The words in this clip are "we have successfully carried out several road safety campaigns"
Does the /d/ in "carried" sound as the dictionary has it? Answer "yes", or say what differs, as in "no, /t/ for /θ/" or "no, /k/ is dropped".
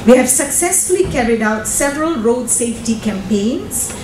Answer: yes